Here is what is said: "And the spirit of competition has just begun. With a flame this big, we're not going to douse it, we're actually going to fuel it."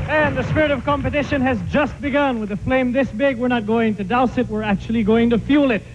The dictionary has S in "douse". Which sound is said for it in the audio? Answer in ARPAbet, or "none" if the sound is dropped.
S